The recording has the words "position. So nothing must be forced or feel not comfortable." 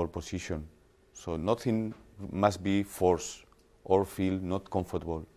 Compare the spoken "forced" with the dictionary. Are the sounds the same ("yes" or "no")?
yes